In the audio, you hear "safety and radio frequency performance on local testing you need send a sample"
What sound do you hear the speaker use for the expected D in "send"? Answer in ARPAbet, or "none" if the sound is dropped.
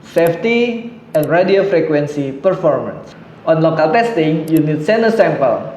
none